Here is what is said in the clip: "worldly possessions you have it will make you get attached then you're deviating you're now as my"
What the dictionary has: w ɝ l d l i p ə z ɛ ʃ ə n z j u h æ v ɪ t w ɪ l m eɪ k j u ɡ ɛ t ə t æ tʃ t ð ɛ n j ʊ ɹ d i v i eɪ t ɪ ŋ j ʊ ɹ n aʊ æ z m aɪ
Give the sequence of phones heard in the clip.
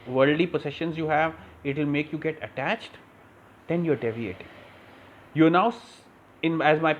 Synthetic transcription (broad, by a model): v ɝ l d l i p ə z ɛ ʃ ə n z j u h æ v ɪ t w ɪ l m eɪ k j u ɡ ɛ t ə t æ tʃ t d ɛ n j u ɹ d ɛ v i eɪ t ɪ j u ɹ n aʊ æ z m aɪ